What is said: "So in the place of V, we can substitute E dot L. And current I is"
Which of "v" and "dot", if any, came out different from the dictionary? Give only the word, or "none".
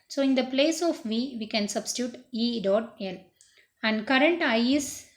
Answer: none